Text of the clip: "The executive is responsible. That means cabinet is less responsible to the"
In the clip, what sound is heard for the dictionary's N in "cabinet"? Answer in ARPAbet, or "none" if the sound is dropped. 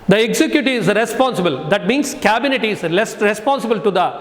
N